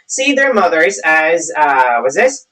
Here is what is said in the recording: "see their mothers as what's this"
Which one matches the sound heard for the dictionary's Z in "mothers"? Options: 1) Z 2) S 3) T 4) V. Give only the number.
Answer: 1